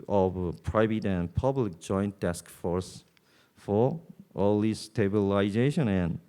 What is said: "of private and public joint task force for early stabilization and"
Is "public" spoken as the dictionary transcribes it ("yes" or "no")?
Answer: yes